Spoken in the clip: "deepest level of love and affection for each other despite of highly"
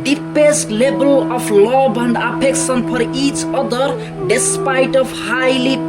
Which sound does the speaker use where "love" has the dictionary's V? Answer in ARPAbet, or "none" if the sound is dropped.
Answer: B